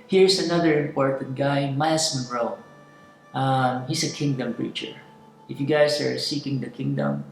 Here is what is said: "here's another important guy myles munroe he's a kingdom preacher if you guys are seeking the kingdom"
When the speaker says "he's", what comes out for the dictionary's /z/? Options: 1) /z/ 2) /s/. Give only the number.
2